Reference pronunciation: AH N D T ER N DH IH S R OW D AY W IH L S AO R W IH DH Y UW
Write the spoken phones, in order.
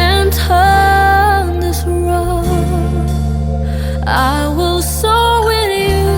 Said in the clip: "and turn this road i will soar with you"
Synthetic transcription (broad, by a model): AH N T ER N DH IH S R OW AY W IH L S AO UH W IH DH Y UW